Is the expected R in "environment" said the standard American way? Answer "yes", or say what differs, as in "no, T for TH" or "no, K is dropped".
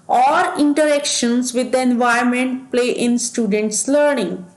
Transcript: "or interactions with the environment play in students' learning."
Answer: no, R is dropped